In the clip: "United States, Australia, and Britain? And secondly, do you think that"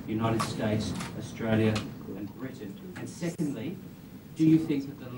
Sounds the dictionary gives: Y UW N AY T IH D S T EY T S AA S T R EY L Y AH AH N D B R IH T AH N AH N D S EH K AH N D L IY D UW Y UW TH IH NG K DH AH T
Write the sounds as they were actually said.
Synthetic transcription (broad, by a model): Y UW N AY T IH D S T EY T S AA S T R EY L Y AH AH N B R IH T N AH N S EH K AH N D L IY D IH Y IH TH IH NG K DH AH T